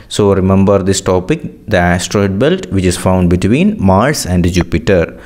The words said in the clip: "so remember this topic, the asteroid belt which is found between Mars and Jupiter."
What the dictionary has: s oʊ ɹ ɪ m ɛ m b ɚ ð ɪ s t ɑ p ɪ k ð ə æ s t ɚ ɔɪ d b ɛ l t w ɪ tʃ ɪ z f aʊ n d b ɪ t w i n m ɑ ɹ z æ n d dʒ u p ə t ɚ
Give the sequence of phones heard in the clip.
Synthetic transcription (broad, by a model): s oʊ ɹ ɪ m ɛ m b ɚ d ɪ s t ɑ p ɪ k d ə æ s t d ɔɪ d b ɛ l t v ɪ tʃ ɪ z f aʊ n d b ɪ t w i n m ɑ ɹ s æ n d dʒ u p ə t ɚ